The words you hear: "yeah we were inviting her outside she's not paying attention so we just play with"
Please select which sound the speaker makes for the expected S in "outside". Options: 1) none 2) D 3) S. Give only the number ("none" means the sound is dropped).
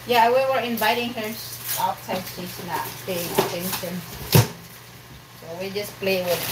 1